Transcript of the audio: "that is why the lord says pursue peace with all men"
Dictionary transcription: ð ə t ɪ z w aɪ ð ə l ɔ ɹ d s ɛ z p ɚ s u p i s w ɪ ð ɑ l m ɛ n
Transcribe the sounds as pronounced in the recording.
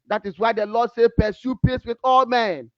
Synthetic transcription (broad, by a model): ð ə t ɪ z w aɪ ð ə l ɔ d s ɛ p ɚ s u p i s w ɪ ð ɑ l m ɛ n